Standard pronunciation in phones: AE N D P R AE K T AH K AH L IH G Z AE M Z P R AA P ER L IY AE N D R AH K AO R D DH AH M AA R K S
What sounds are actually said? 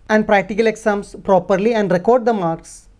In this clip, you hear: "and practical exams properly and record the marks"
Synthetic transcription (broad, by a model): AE N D P R AE K T AH K AH L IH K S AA M S P R AA P ER L IY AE N D R AH K AO R D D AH M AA R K S